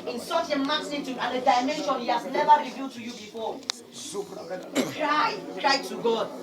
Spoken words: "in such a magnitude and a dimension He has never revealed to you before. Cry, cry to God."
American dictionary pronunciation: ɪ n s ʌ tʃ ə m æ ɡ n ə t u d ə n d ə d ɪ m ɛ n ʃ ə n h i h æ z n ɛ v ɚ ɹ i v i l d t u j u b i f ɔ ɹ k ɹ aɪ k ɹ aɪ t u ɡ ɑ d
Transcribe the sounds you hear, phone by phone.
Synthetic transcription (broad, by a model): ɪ n s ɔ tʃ ə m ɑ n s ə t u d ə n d ə d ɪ m ɛ n ʃ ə n h i h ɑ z n ɛ v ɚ ɹ i v i l d t u j u b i f ɔ k ɹ aɪ k ɹ aɪ t u ɡ ɑ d